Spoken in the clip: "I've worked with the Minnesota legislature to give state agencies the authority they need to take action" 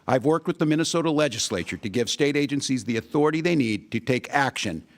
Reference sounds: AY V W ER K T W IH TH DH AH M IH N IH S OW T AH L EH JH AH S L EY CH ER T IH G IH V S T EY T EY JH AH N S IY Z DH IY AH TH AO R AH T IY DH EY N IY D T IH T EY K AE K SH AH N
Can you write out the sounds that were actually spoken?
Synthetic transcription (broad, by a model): AY V W ER K T W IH DH AH M IH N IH S OW T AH L EH JH AH S L EY CH ER T IH G IH V S T EY T EY JH AH N S IY Z DH IY AH TH AO R AH T IY DH EY N IY D T IH T EY K AE K SH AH N